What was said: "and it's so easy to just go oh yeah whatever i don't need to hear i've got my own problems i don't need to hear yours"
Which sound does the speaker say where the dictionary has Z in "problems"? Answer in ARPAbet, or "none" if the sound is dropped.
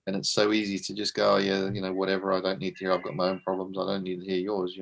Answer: Z